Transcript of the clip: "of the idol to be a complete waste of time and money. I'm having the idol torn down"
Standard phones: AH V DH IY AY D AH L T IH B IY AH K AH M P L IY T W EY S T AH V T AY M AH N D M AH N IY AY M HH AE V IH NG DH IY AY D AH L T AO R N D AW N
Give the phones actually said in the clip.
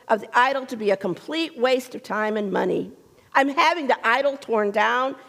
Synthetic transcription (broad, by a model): AH V DH IY AY D L T IH B IY AH K AH M P L IY T W EY S T AH V T AY M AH N M AH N IY AY M HH AE V IH NG DH IY AY D L T AO R N D AW N